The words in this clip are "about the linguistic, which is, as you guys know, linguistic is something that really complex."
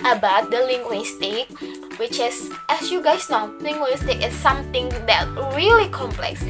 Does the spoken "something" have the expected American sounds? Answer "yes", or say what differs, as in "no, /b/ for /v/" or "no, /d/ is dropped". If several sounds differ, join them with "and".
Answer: no, /t/ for /θ/